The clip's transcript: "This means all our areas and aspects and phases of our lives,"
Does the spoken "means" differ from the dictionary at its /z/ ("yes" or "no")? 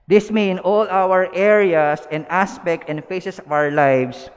yes